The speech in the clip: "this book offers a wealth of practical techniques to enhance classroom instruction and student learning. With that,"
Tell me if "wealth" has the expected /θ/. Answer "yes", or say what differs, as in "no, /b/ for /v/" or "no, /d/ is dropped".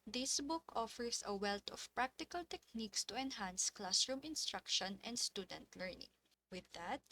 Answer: no, /t/ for /θ/